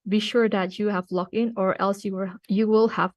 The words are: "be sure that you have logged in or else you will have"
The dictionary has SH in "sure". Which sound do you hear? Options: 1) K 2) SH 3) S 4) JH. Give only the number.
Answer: 2